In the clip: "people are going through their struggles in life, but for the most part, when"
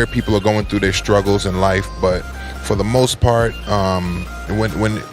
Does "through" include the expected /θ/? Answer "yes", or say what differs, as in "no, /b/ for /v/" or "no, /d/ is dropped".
yes